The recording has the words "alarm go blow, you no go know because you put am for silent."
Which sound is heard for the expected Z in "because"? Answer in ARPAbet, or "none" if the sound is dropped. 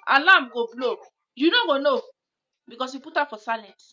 S